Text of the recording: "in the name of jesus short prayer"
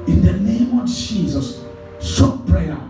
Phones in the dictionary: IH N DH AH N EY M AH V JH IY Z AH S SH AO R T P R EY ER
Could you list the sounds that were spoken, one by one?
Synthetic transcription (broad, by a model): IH N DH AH N EY M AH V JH IY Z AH S S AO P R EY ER